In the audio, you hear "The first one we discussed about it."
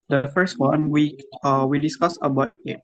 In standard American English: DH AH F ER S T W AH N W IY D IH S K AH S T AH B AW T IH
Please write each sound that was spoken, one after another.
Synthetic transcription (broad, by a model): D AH F ER S T W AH N W IY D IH S K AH S AH B AW T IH